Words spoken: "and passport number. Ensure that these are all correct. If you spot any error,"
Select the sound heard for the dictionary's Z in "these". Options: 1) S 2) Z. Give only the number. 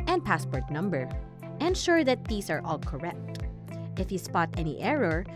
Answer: 1